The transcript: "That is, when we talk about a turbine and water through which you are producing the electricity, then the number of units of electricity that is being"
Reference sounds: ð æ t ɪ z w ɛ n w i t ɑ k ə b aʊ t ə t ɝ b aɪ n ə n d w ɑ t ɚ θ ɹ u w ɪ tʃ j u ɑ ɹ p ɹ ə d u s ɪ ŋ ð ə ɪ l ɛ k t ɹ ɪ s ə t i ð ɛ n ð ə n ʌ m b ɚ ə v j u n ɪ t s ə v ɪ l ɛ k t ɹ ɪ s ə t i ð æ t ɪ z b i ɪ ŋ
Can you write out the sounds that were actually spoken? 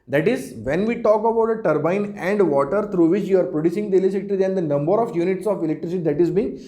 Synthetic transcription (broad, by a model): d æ t ɪ z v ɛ n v i t ɑ k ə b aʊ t ə t ɝ b aɪ n ə n d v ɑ t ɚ t ɹ u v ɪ tʃ j u ɑ ɹ p ɹ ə d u s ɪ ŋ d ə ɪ l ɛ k t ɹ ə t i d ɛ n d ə n ʌ m b ɚ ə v j u n ɪ t s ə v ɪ l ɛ k t ɹ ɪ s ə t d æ t ɪ z b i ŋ